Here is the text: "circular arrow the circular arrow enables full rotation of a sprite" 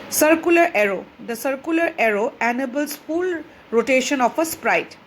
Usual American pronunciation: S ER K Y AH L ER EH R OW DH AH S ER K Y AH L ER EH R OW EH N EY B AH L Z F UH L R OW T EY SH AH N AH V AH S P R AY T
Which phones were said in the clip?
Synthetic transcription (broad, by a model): S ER K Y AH L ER EH R OW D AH S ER K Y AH L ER EH R OW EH N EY B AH L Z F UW L R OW T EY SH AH N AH P AH S P R AY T